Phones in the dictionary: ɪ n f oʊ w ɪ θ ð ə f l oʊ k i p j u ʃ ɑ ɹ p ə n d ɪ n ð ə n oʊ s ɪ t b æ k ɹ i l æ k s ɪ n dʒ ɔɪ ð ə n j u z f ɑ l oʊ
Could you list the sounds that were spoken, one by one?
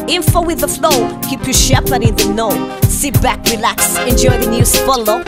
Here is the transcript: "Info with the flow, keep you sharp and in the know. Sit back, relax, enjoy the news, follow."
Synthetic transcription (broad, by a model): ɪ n f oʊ w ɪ ð ə f l oʊ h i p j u ʃ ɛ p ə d ɪ n ð ə n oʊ s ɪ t b æ k ɹ i l æ k s ɪ n dʒ ɔɪ ð ə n j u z f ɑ l oʊ